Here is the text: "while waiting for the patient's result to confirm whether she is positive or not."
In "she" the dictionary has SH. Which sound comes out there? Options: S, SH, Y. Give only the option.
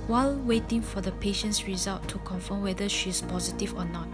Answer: SH